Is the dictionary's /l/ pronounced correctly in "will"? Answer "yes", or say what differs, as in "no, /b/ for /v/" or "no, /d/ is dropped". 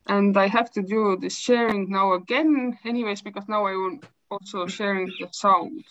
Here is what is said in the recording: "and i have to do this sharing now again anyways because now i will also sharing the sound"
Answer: no, /n/ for /l/